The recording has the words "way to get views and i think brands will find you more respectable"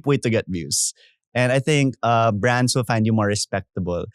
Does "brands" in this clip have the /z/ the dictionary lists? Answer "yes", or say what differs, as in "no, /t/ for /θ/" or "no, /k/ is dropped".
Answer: no, /s/ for /z/